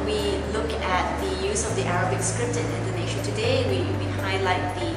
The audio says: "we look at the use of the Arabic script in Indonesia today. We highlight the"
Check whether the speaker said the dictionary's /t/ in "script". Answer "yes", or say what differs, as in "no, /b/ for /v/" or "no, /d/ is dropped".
yes